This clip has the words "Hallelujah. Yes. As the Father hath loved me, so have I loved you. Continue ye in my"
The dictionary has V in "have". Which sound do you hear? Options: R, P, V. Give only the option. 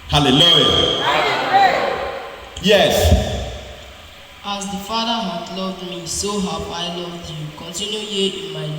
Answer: P